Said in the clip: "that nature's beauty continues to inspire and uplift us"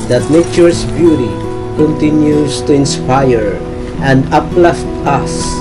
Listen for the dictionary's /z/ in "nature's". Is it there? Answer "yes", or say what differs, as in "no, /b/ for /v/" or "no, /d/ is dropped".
no, /s/ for /z/